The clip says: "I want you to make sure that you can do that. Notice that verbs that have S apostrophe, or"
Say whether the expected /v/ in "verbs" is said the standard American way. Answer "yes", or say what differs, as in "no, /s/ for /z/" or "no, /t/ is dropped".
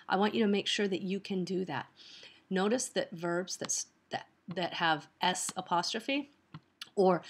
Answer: yes